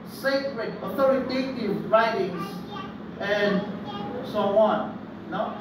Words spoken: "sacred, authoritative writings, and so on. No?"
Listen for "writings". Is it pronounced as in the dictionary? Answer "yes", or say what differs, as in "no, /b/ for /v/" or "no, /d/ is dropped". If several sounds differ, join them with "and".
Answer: no, /s/ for /z/